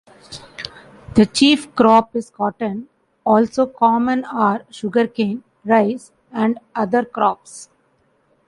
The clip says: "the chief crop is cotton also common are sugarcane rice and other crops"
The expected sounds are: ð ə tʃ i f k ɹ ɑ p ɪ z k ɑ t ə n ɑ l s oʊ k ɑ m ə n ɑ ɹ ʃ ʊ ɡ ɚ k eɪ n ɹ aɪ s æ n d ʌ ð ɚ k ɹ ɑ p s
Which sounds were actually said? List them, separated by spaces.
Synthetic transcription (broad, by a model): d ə tʃ i f k ɹ ɑ p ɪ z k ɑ t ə n ɑ l s oʊ k ɑ m ə n ɑ ɹ ʃ ʊ ɡ ɚ k eɪ n ɹ aɪ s æ n d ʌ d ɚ k ɹ ɑ p s